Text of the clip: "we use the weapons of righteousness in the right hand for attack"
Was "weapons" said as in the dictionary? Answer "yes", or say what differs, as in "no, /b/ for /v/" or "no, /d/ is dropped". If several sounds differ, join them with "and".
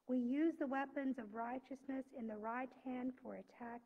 yes